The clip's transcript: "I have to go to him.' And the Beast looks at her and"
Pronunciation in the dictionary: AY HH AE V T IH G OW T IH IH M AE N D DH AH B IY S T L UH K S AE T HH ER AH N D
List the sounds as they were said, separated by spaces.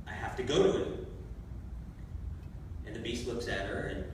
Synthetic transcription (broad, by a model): AY HH AE F T IH G OW T IH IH N DH AH B IY S T L UH K S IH T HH ER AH N